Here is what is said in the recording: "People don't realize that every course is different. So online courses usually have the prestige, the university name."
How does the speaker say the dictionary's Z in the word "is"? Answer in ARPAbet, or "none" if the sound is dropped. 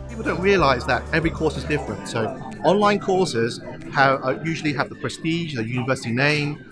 Z